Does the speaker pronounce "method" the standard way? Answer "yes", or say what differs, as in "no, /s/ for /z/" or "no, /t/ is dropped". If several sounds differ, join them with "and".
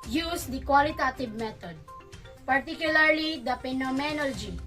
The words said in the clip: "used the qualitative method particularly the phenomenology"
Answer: no, /t/ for /θ/